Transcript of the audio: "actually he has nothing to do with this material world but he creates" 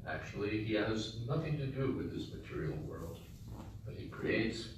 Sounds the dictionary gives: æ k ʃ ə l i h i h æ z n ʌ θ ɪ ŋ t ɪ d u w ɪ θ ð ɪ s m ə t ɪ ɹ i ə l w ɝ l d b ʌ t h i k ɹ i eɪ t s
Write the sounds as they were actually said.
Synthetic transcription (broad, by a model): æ k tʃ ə l i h i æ z n ʌ θ ɪ ŋ t ɪ d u w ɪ ð ɪ s m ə t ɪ ɹ i l w ɝ l d b ʌ t h i k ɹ i eɪ t s